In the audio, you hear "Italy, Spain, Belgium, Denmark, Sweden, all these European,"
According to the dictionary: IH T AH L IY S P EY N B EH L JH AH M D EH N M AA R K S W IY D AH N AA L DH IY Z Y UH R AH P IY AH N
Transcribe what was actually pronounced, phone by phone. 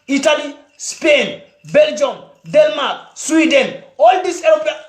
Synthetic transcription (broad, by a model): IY T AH L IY S P EY N B EH L JH AH M D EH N M AA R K S W IY D AH N AA L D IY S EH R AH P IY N